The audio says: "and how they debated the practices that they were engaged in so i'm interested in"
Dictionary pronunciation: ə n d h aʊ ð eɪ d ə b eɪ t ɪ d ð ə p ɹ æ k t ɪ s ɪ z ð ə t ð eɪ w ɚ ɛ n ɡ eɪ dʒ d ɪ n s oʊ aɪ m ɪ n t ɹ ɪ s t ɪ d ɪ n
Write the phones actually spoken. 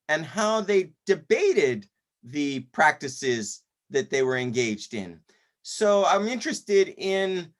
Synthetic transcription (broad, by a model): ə n h aʊ ð eɪ d ə b eɪ t ɪ d ð ə p ɹ æ k t ɪ s ɪ z ð ə t ð eɪ w ɚ ɛ n ɡ eɪ dʒ d ɪ n s oʊ aɪ m ɪ n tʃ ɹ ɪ s t ɪ d ɪ n